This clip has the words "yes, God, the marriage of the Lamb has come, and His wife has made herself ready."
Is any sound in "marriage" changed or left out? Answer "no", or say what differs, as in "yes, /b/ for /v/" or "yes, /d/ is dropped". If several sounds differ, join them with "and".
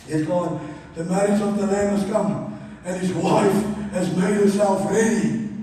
yes, /ɹ/ is dropped